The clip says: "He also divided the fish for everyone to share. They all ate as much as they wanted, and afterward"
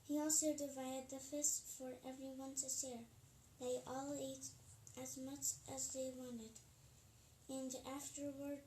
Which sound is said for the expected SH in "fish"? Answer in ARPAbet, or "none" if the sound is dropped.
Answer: S